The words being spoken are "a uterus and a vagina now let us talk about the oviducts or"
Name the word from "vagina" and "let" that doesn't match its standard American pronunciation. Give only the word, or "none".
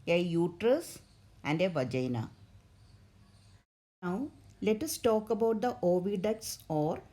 none